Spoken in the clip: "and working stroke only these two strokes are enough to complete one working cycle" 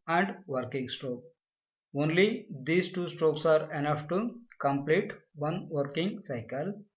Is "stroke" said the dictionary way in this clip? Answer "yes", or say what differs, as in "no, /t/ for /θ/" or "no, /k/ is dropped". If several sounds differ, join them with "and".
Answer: yes